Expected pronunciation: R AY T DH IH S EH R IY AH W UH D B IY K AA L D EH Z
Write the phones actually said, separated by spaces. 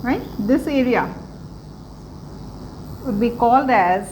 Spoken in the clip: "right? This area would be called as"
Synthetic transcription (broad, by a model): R AY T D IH S EH R IY AH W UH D B IY K AA L D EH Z